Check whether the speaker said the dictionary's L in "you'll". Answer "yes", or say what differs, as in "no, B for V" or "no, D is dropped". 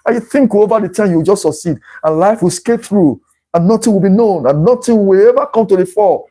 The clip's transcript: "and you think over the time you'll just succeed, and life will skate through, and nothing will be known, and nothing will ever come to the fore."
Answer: no, W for L